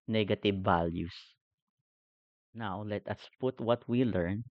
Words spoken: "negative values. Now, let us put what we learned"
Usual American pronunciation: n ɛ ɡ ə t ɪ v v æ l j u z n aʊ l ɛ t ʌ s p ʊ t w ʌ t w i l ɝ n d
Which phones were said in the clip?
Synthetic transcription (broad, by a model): n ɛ ɡ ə t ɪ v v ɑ l j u s n aʊ l ɛ t ʌ s p ʊ t w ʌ t w i l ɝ n